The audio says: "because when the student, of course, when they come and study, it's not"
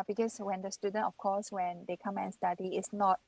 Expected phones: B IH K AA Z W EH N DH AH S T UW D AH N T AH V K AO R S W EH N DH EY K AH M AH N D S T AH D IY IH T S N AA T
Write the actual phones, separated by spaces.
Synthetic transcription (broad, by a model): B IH K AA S W EH N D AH S T UW D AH N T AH F K AO S W EH N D EY K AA M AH N S T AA D IY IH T S N AA T